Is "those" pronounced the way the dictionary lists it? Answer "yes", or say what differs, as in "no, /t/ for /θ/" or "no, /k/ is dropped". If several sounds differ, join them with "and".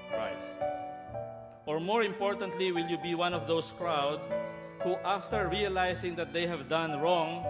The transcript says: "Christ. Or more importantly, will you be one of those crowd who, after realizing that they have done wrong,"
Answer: no, /s/ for /z/